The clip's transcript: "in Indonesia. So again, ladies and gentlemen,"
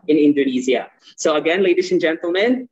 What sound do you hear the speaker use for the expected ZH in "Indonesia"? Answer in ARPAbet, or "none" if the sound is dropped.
Z